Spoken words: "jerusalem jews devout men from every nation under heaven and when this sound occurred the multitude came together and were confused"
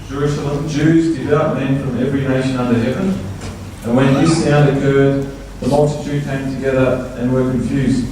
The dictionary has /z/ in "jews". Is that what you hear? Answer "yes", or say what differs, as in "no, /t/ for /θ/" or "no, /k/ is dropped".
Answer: yes